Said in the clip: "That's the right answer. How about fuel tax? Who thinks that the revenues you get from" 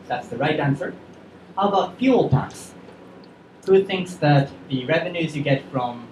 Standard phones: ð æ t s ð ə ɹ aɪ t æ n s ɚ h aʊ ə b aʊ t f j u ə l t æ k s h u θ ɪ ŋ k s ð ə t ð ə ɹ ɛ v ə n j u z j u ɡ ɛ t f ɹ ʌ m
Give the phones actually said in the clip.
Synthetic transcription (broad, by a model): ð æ t s ð ə ɹ aɪ t æ n s ɚ h aʊ ə b aʊ t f j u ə l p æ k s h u θ ɪ ŋ k s ð ə t ð ə ɹ ɛ v ə n j u z j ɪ ɡ ɛ t f ɹ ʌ m